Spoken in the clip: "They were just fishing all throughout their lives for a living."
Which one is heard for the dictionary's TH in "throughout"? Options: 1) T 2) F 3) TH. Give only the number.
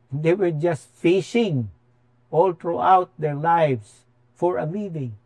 1